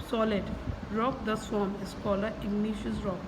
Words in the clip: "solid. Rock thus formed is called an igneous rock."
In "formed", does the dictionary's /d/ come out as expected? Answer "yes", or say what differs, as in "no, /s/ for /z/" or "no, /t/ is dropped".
no, /d/ is dropped